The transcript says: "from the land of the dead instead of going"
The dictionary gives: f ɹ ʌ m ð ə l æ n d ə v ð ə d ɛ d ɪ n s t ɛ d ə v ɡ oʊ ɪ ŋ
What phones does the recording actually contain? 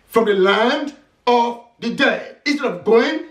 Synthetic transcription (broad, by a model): f ɹ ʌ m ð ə l æ n d ə v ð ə d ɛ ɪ ɪ n s t ɛ d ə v ɡ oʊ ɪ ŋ